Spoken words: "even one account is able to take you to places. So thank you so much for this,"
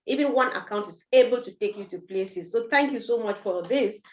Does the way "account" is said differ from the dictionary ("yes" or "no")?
no